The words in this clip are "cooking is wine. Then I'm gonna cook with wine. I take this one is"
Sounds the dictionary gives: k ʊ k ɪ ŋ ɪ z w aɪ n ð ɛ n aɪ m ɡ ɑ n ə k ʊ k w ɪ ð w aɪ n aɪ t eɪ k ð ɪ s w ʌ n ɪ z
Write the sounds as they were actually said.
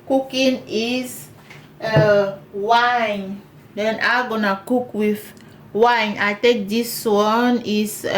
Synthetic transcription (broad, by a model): k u k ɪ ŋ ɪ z w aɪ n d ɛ n aɪ ɡ ɑ n ə k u k w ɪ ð w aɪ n aɪ t eɪ k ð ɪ s w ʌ n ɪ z